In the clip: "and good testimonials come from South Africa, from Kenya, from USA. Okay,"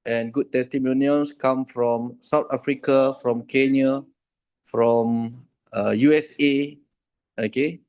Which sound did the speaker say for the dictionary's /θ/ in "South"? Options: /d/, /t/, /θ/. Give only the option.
/t/